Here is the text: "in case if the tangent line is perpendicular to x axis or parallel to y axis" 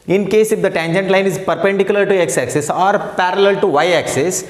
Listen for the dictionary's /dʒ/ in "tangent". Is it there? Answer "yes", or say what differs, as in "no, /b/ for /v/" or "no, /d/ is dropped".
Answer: yes